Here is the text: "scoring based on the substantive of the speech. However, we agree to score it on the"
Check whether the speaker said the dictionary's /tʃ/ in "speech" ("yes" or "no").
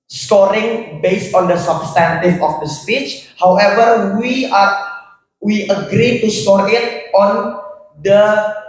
yes